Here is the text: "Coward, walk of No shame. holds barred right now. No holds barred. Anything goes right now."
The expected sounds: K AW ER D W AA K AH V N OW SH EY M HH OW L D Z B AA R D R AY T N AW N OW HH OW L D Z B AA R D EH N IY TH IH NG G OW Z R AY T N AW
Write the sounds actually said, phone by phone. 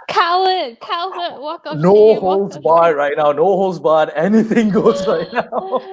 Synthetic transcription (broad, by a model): K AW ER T K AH W N OW HH OW L D Z B AA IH R AY T N AW N OW HH OW L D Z B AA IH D EH N IY TH IH NG G OW Z R AY T N AW